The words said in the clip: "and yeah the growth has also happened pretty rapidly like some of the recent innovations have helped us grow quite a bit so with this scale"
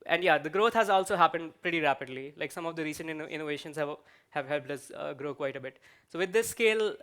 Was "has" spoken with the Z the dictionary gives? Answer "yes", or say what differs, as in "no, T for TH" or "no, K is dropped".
yes